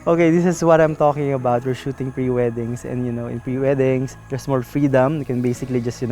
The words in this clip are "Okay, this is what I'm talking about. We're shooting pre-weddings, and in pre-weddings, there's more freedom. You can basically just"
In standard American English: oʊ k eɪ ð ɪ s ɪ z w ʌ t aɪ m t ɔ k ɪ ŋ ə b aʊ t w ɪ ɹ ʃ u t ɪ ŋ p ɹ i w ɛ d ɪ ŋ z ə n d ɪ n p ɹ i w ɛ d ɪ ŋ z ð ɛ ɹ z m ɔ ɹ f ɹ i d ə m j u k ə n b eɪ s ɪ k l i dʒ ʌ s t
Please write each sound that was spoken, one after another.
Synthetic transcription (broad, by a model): oʊ k eɪ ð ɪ s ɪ s w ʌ t aɪ m t ɔ k ɪ ŋ ə b aʊ t w ɪ ɹ ʃ u t ɪ ŋ p ɹ i w ɛ d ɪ ŋ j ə n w ɪ n p ɹ i w ɛ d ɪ ŋ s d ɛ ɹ s m ɔ l f ɹ i d ə m k ə n b eɪ s ɪ k l i dʒ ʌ s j